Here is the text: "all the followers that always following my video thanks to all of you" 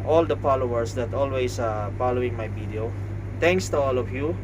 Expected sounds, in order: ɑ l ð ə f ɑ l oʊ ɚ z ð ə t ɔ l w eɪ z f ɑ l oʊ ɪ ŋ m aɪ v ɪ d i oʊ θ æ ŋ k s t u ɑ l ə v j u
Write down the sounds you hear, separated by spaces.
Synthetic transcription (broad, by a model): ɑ l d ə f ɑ l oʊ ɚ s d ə t ɔ l w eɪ s f ɑ l oʊ ɪ ŋ m aɪ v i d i oʊ t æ ŋ k s t u ɑ l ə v j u